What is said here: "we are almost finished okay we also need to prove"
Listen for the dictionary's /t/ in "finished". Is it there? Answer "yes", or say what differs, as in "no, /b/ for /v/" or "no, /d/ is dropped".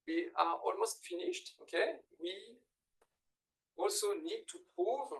yes